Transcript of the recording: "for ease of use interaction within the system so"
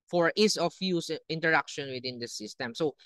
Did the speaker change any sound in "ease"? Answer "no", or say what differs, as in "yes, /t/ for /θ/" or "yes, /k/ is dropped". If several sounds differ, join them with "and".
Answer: yes, /s/ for /z/